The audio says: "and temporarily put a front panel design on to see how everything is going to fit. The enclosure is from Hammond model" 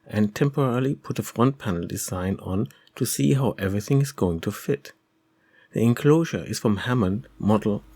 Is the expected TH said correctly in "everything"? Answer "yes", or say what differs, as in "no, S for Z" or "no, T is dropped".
yes